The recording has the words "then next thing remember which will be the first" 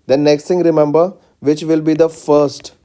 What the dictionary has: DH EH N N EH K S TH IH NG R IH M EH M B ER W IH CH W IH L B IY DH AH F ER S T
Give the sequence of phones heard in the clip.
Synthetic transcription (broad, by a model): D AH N N EH K S T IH NG R IH M EH M B ER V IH CH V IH L B IY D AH F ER S T